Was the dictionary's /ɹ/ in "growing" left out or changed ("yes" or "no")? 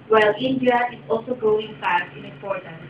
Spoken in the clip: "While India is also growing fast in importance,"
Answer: yes